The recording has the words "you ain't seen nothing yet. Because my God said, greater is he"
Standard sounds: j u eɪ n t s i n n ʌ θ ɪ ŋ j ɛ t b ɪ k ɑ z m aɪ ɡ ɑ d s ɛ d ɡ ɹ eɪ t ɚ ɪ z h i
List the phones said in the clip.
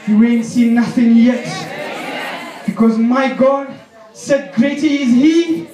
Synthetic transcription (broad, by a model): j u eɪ n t s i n n ʌ θ ɪ ŋ j ɛ t b ɪ k ɑ z m aɪ ɡ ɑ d s ɛ d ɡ ɹ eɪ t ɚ ɪ z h i